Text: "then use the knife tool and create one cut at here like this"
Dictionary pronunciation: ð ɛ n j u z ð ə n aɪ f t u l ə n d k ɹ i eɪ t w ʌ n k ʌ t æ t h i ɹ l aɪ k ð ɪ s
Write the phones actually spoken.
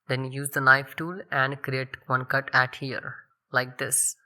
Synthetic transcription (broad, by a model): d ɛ n j u z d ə l aɪ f t u l ə n d k ɹ i eɪ t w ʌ n k ʌ t æ t h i ɹ l aɪ k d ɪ s